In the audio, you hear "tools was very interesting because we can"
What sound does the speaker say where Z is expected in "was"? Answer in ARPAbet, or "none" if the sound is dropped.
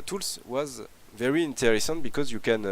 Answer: Z